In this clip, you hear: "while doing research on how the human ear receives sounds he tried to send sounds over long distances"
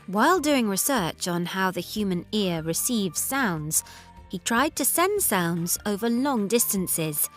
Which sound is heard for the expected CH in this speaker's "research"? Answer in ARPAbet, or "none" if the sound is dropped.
CH